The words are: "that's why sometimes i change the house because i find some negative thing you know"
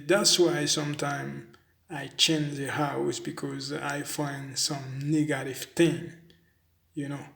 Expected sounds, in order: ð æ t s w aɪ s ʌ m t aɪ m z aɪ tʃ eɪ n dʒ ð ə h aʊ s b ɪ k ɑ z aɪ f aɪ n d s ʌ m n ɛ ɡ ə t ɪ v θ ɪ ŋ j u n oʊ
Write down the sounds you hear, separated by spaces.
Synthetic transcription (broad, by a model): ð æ t s w aɪ s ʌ m t aɪ m aɪ tʃ eɪ n dʒ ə h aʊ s b ɪ k ɑ z aɪ f aɪ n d s ʌ m n ɛ ɡ ə t ɪ v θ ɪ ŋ j u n oʊ